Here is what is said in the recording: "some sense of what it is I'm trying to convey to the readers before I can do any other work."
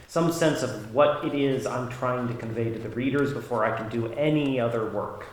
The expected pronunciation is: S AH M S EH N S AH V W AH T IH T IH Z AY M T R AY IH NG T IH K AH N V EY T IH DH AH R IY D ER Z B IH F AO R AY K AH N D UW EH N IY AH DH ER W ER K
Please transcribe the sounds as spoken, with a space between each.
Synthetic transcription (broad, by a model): S AH M S EH N S AH V W AH T IH T IH Z AY M T R AY IH NG T IH K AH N V EY T IH DH AH R IY D ER Z B IH F AO R AY K N D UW EH N IY AH DH ER W ER K